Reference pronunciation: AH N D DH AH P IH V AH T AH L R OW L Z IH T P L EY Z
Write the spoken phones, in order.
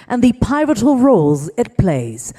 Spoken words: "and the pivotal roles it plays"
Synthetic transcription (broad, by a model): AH N DH AH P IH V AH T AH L R OW L Z IH T P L EY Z